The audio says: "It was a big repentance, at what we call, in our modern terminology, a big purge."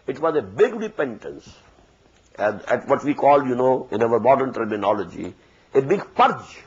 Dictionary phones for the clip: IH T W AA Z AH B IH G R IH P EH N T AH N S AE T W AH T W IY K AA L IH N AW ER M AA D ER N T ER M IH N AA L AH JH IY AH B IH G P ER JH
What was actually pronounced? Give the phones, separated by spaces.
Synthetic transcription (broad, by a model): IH T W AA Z AH B IH G R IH P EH N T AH N S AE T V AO T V IY K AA L IH N AW ER M AA D ER N T ER M IH N AA L AH JH IY AH B IH G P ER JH